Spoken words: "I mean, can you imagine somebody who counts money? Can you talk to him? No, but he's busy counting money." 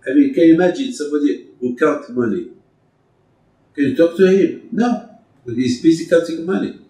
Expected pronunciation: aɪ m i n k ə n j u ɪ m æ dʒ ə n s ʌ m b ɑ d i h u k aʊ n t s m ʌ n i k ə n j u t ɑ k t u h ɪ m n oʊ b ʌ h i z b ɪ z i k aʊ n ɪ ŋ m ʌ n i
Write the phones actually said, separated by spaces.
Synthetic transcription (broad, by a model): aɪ m i n k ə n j ɪ m æ dʒ ə n s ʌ m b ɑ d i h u k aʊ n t m ʌ n i k ə n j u t ɑ k t u h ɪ m n oʊ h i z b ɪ s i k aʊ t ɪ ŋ m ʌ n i